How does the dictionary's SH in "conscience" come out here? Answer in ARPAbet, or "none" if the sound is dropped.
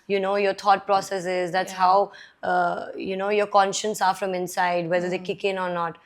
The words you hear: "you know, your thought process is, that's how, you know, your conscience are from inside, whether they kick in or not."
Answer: SH